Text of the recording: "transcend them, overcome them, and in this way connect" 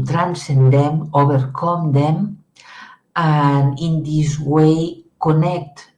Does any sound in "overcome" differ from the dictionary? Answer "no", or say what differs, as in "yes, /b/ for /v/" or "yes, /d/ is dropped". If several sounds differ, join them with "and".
yes, /b/ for /v/